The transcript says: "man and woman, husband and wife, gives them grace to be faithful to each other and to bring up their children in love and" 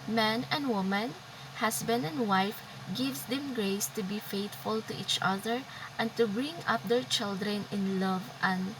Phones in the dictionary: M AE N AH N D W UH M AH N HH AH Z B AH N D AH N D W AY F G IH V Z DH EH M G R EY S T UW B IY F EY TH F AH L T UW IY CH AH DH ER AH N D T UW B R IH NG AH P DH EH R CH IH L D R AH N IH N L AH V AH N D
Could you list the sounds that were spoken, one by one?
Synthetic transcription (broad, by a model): M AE N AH N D W UH M AH N HH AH S B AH N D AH N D W AY F G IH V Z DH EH M G R EY S T UW B IY F EY T F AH L T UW IY CH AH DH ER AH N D T UW B R IH NG AH P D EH R CH IH L D R AH N IH N L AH V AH N